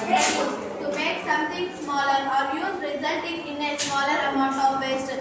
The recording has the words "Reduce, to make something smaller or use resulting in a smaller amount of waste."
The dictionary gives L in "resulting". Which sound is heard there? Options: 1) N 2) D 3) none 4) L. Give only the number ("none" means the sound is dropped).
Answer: 4